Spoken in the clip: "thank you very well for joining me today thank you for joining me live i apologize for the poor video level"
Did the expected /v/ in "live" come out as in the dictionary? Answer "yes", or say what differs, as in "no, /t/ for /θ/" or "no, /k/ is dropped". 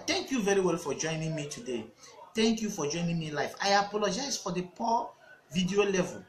no, /f/ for /v/